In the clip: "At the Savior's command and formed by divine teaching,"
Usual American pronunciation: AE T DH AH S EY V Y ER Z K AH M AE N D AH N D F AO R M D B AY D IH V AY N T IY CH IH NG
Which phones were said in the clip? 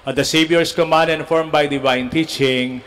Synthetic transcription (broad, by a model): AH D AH S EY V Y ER S K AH M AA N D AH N F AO R M B AY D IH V AY N T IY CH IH NG